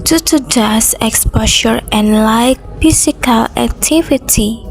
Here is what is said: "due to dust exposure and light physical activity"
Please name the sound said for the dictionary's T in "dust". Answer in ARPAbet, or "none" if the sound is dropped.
none